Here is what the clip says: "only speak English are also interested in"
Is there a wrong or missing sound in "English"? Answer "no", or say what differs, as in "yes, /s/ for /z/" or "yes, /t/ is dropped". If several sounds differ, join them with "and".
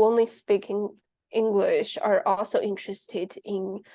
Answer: no